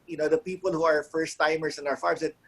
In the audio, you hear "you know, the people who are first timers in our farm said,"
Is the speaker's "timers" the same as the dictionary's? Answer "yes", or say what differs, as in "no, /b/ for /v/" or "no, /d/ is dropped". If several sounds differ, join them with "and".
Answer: no, /s/ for /z/